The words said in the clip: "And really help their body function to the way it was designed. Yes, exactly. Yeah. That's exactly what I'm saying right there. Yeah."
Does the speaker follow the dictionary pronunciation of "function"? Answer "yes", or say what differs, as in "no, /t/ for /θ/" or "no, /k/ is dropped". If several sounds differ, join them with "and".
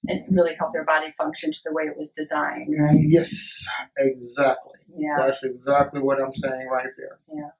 yes